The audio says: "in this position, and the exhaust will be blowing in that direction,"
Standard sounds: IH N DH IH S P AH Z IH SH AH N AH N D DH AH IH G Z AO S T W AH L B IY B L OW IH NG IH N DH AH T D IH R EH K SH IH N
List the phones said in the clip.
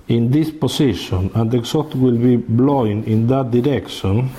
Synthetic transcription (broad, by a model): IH N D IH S P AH S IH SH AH N AH N D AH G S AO T W AH L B IY B L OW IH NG IH N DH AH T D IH R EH K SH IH N